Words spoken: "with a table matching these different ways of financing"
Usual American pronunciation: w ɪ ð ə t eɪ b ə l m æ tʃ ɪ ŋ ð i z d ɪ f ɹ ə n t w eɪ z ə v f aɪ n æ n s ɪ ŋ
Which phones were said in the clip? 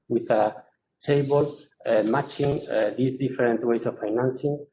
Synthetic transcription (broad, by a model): w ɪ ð ə t eɪ b ə l m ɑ tʃ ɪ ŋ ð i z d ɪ f ɹ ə n t w eɪ s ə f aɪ n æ n s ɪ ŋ